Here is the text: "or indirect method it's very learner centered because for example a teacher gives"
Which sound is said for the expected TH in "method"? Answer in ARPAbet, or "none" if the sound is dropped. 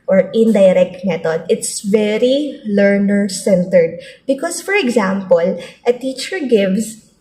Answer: T